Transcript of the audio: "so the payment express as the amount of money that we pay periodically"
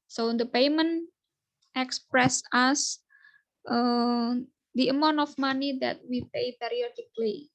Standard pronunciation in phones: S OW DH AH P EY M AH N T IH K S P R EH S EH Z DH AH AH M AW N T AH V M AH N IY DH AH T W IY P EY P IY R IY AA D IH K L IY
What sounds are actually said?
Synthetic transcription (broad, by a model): S OW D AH P EY M AH N T IH K S P R EH S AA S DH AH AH M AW N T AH F M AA N IY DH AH T W IY P EY P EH R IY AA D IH K L IY